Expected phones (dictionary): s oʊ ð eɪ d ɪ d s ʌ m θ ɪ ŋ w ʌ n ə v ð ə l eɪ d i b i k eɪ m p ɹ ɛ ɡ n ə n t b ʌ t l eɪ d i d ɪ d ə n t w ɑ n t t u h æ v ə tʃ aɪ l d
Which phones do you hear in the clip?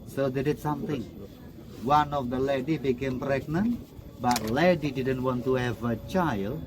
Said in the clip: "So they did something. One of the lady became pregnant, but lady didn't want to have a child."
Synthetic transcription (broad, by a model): s oʊ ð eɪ d ɪ d s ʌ m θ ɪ ŋ w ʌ n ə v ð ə l eɪ d i b i k eɪ m p ɹ ɛ ɡ n ə n t b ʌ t l eɪ d i d ɪ d ə n t w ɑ n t t u h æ v ə tʃ aɪ l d